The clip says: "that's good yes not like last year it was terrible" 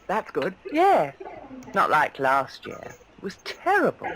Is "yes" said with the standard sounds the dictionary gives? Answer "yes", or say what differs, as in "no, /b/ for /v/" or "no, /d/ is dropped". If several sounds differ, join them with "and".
no, /s/ is dropped